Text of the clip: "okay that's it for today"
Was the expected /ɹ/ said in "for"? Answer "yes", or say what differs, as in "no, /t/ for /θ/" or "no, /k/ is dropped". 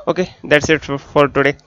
no, /l/ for /ɹ/